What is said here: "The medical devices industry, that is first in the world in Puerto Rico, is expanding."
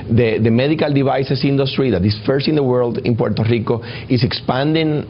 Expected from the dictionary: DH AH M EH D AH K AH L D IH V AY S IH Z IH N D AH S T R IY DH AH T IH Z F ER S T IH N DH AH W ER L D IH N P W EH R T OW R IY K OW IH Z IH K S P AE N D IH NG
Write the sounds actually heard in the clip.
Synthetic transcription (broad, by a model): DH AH M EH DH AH K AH L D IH B AY S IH S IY N D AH S T R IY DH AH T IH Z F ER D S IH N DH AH W ER L D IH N P W EH R T OW R IY K OW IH S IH K S P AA N D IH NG